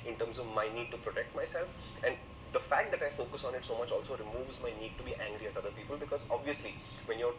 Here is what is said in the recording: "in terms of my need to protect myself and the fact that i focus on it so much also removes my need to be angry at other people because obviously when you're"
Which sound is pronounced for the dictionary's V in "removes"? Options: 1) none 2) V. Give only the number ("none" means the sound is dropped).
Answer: 2